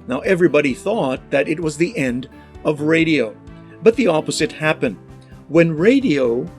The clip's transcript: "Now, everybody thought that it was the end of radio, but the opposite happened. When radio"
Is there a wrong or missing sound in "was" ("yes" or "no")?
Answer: no